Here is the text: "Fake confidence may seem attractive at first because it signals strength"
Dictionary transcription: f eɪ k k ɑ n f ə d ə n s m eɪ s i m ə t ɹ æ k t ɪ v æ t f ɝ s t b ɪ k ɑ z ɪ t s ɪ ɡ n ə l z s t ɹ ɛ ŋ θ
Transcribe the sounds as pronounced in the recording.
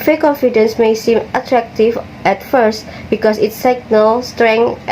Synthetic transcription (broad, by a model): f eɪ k k ɑ n f ə d ə n s m eɪ s i m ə t ɹ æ k t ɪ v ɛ t f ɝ s t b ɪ k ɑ s ɪ t s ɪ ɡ n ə l s t ɹ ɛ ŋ